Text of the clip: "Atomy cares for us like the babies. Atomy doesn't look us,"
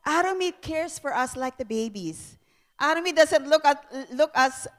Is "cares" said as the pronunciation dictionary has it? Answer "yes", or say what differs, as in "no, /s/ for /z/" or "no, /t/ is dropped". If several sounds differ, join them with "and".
no, /s/ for /z/